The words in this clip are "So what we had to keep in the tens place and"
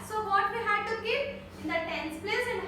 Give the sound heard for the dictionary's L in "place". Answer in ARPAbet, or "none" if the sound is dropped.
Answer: L